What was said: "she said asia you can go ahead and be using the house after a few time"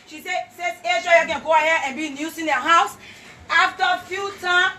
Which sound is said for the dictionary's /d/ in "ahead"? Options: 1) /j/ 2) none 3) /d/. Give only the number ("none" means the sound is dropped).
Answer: 2